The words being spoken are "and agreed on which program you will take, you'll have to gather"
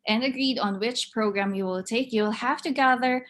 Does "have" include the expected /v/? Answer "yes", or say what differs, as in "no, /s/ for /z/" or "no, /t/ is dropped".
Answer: no, /f/ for /v/